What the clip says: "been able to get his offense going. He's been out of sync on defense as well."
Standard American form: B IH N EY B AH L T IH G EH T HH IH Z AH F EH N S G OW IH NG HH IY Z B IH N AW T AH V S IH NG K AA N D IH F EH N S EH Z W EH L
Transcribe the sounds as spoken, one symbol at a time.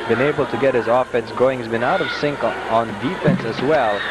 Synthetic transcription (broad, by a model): B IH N EY B L T IH G EH T HH IH Z AH F EH N S G OW IH NG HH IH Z B IH N AW T AH V S IH NG K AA N D IH F EH N S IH Z W EH L